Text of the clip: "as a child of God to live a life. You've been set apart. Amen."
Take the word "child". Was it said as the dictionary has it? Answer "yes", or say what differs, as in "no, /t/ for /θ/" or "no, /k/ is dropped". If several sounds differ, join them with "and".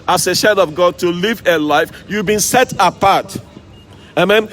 no, /ʃ/ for /tʃ/